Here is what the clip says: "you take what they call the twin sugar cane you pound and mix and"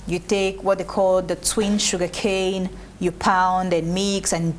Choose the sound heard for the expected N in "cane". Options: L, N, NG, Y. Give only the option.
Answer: N